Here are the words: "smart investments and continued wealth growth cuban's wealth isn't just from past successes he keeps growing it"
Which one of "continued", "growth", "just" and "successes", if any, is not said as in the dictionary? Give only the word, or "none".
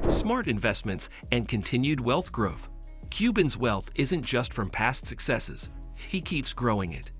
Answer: none